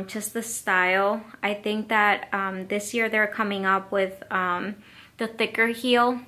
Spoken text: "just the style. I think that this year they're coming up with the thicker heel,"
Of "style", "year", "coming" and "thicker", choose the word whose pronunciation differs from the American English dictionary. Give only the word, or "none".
none